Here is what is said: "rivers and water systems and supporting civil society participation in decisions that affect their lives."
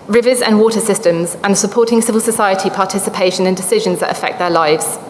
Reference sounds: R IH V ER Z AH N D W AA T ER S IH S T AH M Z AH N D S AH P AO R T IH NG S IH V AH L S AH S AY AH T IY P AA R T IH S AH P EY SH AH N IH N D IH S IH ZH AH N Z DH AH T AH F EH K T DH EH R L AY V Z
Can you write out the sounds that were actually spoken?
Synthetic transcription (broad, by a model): R IH V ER Z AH N W AA T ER S IH S T AH M Z AH N S AH P AO T IH NG S IH V AH L S AH S AY AH T IY P AA T IH S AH P EY SH AH N IH N D IH S IH ZH AH N Z DH AH T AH F EH K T DH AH L AY V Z